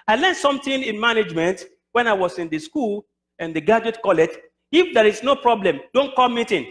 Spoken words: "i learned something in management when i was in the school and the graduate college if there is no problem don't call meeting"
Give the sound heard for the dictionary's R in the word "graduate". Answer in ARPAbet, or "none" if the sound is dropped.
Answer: none